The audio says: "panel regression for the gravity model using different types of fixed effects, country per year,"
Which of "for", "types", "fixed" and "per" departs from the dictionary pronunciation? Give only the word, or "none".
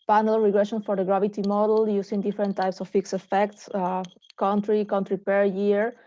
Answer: fixed